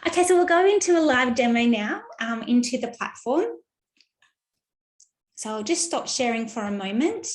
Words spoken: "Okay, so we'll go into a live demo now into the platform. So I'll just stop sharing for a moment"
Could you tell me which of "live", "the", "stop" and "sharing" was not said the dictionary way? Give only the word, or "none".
none